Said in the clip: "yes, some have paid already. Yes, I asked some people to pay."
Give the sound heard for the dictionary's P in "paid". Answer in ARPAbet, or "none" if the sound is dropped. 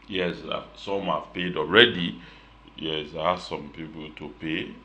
P